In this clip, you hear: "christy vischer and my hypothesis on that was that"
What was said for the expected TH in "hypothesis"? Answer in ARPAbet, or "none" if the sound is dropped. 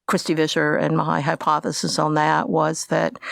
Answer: TH